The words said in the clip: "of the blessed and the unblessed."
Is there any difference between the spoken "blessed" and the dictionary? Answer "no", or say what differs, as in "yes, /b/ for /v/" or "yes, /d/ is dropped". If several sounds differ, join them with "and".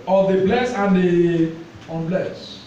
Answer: yes, /t/ is dropped